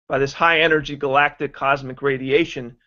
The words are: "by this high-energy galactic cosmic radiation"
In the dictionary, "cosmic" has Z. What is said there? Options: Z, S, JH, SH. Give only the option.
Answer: Z